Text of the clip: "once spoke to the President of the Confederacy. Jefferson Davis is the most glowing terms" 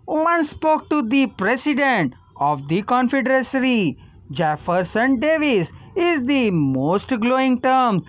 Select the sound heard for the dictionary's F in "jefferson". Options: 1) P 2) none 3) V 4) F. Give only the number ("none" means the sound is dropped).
4